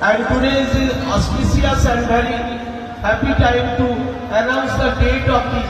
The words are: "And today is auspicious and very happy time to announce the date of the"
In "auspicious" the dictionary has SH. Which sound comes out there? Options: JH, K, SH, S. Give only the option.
S